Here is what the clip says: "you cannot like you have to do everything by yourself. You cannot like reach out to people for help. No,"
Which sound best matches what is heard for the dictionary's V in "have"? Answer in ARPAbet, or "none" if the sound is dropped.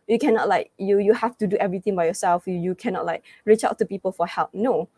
F